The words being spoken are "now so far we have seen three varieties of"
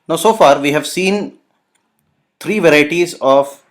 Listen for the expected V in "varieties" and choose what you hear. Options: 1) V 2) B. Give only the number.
1